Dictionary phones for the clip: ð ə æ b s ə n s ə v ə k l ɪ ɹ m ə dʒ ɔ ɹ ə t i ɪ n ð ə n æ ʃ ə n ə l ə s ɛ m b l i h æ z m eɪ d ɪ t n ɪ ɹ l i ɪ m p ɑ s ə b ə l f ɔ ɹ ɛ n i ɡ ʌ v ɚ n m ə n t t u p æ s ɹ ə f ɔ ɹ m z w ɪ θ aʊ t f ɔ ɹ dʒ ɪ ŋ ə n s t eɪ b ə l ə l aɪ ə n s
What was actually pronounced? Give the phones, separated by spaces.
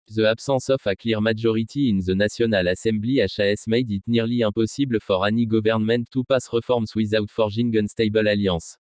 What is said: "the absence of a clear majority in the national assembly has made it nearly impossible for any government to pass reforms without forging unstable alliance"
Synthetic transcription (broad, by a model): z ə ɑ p s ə s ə f ə k l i ɹ m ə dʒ ɔ ɹ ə t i ɪ n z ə n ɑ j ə n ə l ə s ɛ m b l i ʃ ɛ s m eɪ d ɪ t n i ɹ l i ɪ p ɑ s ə b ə f ɔ ɹ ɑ n i ɡ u v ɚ n m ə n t t u p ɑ s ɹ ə f ɔ ɹ m s w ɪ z aʊ t f ɔ ɹ ʒ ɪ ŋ ə n s t eɪ b ə l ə l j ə s